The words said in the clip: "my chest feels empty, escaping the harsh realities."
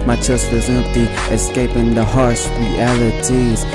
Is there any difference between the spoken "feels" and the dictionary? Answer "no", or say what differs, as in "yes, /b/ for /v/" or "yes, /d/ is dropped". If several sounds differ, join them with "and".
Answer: yes, /l/ is dropped